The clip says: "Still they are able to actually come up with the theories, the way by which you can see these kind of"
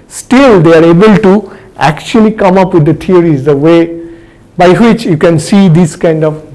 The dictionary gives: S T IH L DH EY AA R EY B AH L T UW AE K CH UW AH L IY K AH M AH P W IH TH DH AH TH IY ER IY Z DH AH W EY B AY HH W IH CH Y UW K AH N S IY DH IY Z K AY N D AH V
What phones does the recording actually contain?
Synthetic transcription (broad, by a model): S T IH L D EY AA R EY B AH L T UW AE K CH UW AH L IY K AH M AH P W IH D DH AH T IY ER IY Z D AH W EY B AY HH W IH CH Y UW K AH N S IY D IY S K AY N D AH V